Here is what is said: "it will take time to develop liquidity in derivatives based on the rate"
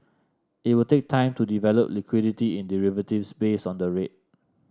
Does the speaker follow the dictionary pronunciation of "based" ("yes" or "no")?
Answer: no